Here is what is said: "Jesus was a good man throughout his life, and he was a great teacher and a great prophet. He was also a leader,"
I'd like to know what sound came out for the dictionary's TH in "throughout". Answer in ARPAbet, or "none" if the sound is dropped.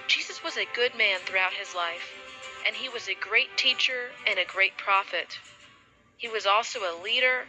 TH